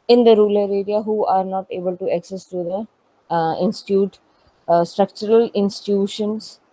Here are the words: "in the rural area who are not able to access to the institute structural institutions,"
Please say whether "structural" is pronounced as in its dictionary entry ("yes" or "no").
yes